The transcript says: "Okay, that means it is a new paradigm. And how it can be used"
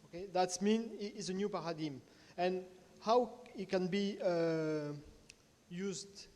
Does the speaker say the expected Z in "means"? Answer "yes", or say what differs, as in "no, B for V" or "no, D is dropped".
no, Z is dropped